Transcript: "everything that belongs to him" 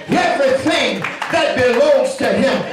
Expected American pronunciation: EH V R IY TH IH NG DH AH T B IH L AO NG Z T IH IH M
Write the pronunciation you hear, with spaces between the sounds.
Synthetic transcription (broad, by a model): EH V R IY TH IH NG DH AH T B IH L AO NG Z T IH IH M